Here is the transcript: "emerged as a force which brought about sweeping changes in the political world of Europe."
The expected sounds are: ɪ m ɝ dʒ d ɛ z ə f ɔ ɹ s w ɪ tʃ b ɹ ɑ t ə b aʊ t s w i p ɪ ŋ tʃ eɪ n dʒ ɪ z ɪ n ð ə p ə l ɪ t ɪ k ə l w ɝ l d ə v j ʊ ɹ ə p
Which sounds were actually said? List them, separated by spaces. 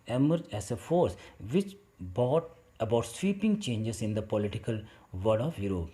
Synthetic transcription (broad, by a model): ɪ m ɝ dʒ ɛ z ə f ɔ ɹ s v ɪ tʃ b ɑ t ə b aʊ t s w i p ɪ ŋ tʃ eɪ n dʒ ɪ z ɪ n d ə p ə l ɪ t ɪ k ə l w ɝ d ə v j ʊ ɹ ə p